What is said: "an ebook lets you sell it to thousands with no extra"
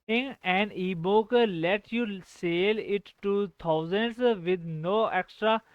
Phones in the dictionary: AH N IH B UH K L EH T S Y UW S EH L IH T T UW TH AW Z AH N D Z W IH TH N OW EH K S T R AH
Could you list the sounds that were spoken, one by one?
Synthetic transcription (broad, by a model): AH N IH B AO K L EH T Y UW S EH L IH T T UW T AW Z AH N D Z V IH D N OW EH K S T R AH